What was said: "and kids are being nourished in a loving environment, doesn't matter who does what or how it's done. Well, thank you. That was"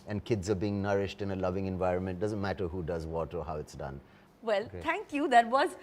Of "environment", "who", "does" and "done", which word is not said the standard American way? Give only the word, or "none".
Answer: none